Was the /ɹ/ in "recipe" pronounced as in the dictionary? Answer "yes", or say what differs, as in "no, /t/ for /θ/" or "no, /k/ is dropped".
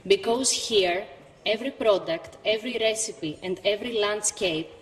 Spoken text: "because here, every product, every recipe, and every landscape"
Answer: yes